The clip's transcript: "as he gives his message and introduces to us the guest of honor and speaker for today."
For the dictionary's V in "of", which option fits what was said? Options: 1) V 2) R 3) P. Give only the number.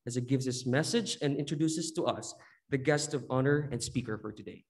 1